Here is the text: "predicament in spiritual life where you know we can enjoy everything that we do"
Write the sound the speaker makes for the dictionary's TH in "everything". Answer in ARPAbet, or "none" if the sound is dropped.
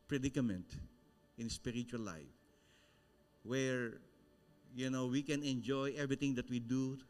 T